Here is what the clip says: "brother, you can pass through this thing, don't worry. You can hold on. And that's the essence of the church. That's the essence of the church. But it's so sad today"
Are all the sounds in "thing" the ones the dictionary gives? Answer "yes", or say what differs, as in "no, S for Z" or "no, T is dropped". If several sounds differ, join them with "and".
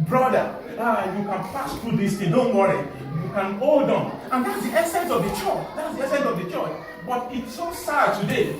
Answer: no, T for TH